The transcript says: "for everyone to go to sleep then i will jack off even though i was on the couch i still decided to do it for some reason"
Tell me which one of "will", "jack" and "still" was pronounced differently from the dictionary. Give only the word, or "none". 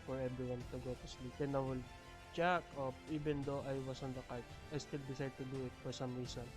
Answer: jack